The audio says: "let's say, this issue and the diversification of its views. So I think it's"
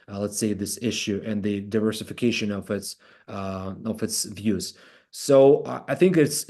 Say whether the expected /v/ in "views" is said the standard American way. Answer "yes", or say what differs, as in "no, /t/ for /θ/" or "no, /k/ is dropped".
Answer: yes